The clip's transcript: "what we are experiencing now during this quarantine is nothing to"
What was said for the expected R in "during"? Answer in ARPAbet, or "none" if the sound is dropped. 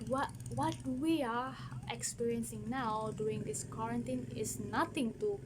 none